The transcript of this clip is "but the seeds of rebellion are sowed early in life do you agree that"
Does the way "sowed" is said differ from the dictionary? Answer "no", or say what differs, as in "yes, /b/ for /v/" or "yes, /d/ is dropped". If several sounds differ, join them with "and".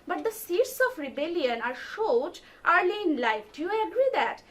yes, /ʃ/ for /s/